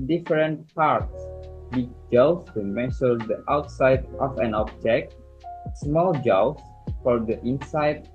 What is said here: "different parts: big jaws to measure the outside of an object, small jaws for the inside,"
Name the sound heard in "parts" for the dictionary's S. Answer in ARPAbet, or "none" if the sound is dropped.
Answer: S